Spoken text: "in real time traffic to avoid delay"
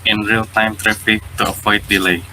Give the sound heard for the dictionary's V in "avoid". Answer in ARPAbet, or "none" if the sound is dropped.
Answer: P